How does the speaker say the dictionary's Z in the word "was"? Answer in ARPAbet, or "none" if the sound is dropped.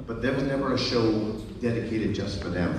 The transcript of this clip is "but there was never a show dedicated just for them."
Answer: Z